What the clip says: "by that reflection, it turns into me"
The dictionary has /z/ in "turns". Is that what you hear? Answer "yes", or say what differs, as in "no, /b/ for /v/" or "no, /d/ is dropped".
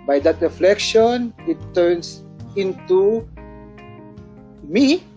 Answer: no, /s/ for /z/